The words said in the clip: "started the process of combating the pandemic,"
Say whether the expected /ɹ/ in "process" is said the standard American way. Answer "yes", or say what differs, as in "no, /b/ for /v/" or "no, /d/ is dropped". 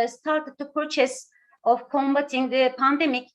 no, /ɹ/ is dropped